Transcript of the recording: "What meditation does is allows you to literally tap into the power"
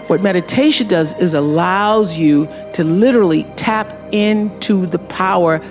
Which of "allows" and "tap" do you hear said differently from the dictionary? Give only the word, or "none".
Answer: none